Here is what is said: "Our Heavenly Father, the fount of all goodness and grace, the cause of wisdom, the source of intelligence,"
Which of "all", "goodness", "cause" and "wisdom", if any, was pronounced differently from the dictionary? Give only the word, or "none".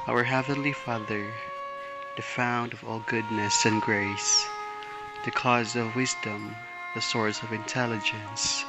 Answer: none